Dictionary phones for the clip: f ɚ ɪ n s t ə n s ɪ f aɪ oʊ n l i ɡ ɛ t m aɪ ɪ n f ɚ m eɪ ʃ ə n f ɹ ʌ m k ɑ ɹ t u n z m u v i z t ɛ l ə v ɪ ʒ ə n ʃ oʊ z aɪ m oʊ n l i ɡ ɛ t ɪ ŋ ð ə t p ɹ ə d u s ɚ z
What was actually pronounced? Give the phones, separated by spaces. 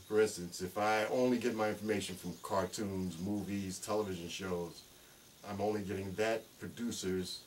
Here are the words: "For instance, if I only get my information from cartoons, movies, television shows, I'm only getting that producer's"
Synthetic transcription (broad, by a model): f ɚ ɪ n s t ə n s ɪ f aɪ oʊ n l i ɡ ɛ t m aɪ ɪ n f ɚ m eɪ ʃ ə n f ɹ ʌ m k ɑ ɹ t u n z m u v i z t ɛ l ə v ɪ ʒ ə n ʃ oʊ z aɪ m oʊ n l i ɡ ɛ t ɪ ŋ ð ə t p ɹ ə d u s ɚ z